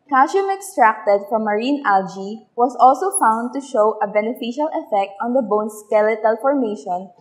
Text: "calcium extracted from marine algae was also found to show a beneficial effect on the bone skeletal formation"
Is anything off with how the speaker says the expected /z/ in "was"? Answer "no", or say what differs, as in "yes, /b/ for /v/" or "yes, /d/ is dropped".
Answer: yes, /s/ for /z/